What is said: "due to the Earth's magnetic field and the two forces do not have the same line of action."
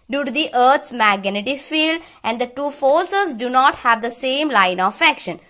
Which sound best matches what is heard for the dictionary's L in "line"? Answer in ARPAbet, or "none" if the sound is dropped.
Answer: L